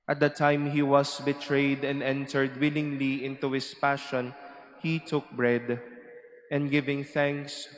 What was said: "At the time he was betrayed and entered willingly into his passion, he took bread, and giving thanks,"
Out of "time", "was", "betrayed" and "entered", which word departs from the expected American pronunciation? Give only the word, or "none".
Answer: was